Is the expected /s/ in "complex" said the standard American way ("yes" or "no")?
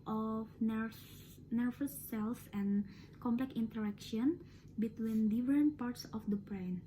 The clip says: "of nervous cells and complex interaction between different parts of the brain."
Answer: no